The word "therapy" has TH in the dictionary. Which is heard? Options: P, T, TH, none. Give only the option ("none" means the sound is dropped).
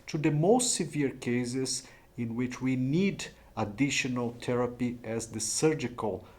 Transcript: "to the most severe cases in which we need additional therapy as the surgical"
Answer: T